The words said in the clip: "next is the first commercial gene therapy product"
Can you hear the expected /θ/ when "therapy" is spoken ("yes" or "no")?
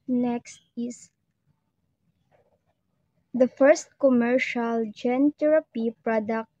no